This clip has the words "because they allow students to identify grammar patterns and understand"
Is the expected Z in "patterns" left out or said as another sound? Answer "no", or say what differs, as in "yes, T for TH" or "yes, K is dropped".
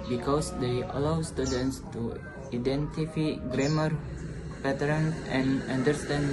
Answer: yes, Z is dropped